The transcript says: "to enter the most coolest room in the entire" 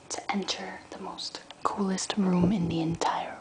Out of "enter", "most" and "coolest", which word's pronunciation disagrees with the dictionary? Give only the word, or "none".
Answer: none